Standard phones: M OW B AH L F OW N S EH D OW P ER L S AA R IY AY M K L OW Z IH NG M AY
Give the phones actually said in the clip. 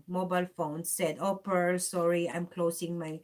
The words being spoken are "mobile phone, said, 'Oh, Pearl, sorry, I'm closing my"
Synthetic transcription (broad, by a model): M OW B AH L F OW N S EH D OW P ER S AA R IY AY M K L OW S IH NG M AY